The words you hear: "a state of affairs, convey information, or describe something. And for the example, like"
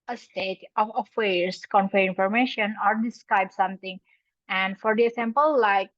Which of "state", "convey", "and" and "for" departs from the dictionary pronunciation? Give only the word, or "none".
convey